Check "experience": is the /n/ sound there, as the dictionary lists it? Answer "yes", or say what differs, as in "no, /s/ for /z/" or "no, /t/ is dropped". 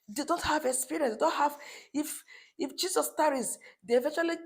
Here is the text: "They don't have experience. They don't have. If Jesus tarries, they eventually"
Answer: no, /n/ is dropped